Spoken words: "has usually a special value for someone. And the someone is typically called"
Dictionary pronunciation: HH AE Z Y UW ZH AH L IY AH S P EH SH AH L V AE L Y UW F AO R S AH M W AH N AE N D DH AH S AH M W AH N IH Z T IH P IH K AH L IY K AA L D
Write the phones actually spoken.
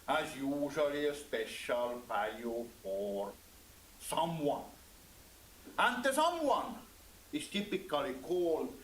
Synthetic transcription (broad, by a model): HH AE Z Y UW ZH AH L IY AH S P EH SH AH L V AE L Y UW F AO R S AH M W AH N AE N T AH S AH M W AH N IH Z T IH P IH K AH L IY K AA L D